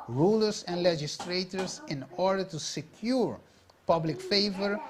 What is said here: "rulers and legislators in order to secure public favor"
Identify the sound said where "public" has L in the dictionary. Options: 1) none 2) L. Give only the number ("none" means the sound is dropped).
2